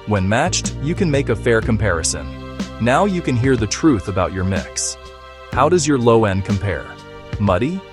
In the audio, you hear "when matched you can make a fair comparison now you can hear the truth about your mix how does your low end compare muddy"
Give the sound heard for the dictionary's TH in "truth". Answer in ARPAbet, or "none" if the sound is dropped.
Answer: TH